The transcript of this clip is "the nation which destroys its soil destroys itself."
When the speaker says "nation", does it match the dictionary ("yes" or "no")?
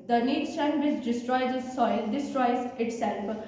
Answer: no